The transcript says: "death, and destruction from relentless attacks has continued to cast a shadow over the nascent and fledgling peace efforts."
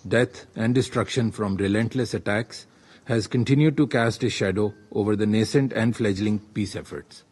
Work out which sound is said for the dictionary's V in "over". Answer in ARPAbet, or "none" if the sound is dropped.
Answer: V